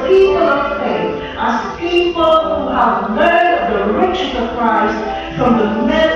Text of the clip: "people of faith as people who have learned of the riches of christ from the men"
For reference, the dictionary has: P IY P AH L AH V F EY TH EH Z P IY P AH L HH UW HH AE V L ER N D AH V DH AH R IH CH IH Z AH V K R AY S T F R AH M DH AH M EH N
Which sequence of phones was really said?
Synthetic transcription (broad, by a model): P IY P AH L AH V F EY TH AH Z P IY P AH L HH UW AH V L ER D AH V DH AH R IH CH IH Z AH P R AY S F R AH M DH AH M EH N